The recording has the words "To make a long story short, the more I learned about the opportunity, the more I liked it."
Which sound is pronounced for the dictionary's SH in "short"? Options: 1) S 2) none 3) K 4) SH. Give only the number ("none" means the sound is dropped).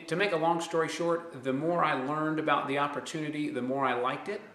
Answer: 4